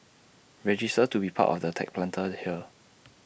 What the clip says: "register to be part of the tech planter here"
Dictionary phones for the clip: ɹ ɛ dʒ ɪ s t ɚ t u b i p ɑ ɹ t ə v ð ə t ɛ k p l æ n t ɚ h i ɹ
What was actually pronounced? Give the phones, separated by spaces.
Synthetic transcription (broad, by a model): ɹ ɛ dʒ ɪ s t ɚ t u b i p ɑ t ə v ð ə t ɛ k p l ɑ n t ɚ h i l